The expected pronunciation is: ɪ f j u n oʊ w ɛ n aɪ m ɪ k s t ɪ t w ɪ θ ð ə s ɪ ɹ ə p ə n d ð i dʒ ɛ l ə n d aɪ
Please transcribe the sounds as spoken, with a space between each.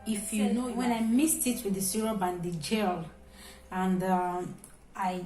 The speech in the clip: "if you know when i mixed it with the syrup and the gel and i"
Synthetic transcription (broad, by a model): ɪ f j u n oʊ w ɛ n aɪ m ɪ s t ɪ t w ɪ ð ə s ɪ ɹ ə b ə n d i dʒ ɛ l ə n d aɪ